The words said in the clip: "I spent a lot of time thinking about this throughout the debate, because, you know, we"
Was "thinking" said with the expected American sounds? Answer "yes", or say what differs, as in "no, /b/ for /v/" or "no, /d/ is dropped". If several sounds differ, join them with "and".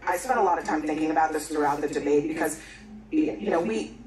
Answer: yes